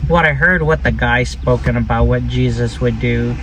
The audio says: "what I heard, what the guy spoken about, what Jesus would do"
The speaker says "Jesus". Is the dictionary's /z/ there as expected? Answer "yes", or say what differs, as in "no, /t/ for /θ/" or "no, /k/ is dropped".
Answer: yes